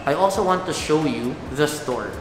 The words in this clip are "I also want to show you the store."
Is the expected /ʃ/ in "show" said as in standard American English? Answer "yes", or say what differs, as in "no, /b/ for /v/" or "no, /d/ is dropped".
yes